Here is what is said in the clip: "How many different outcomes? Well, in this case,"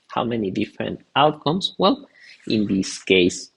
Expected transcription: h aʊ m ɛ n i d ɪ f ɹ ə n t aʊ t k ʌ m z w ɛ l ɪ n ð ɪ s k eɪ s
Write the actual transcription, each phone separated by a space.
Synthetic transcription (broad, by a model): h aʊ m ɛ n i d ɪ f ɹ ə n t aʊ t k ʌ m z w ɛ l ɪ n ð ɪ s k eɪ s